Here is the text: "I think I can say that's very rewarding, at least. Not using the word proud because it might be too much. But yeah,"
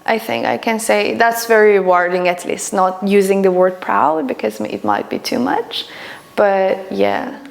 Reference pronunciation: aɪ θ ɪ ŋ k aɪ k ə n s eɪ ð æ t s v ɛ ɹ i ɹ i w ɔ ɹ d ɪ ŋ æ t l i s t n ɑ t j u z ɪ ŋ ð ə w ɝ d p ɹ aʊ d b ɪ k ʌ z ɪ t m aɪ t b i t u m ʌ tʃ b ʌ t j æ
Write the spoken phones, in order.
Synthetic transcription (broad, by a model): aɪ θ ɪ ŋ k aɪ k ə n s eɪ ð æ t s v ɛ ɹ ɹ i w ɔ ɹ d ɪ ŋ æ t l i s t n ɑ t j u z ɪ ŋ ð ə w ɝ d p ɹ aʊ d b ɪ k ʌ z ɪ t m aɪ t b i t u m ʌ tʃ b ʌ t j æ